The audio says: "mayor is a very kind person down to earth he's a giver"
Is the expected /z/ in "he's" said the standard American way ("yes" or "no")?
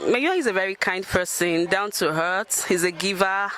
yes